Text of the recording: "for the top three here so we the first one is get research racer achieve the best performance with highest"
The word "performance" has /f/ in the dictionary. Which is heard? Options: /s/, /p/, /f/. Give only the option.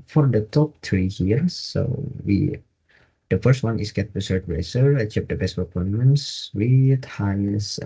/p/